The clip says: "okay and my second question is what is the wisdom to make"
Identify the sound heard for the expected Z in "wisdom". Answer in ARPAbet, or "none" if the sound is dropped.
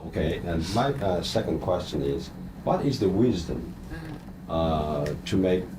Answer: Z